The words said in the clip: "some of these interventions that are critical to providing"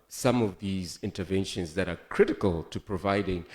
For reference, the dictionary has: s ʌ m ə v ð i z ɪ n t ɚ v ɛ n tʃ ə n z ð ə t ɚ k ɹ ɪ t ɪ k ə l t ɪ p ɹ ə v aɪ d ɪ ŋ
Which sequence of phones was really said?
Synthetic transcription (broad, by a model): s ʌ m ə v ð i z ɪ n t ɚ v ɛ n ʃ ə n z ð ə t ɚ k ɹ ɪ t ɪ k ə l t ɪ p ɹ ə v aɪ d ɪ ŋ